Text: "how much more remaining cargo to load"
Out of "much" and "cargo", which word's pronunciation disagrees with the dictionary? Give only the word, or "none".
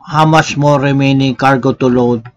much